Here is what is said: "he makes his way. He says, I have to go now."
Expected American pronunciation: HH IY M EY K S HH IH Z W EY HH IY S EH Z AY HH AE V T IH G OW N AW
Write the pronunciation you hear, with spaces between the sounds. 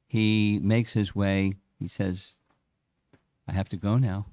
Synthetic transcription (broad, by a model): HH IY M EY K S HH IH Z W EY HH IY S EH Z AY HH AE F T IH G OW N AW